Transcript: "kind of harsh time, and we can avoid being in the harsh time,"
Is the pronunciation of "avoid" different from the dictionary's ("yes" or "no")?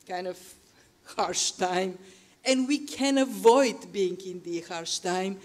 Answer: no